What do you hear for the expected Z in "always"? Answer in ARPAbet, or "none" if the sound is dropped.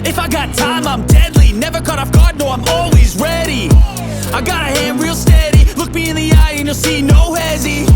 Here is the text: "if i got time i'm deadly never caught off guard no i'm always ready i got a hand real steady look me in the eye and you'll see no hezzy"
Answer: Z